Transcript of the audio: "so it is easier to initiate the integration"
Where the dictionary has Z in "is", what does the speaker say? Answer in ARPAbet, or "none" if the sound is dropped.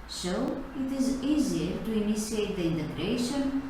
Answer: Z